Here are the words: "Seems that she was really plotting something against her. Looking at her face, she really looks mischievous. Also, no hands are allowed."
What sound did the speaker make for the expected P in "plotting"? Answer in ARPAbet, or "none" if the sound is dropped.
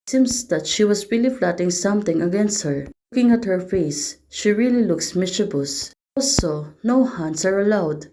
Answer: F